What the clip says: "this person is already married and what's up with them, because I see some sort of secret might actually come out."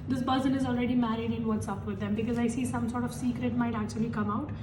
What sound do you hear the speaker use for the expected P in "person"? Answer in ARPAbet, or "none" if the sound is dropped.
B